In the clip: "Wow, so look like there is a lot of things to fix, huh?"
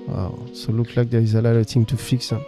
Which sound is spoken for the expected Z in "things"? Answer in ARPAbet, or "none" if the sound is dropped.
none